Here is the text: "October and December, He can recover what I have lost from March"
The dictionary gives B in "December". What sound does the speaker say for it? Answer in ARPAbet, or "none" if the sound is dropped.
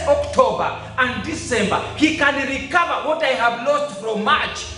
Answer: B